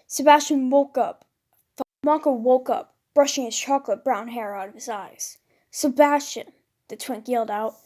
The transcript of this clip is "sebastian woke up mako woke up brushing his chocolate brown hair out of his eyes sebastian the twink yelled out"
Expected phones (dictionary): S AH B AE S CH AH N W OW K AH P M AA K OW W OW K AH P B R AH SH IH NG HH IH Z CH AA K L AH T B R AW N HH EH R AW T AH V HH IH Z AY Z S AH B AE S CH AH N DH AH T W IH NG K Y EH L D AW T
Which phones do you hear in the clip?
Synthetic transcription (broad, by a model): S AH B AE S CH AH N W OW K AH P M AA K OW W OW K AH P B R AH SH IH NG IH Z CH AA K L AH T B R AW N HH EH R AW T AH V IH Z AY Z S AH B AE S CH AH N DH AH T W IH NG K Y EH L D AW T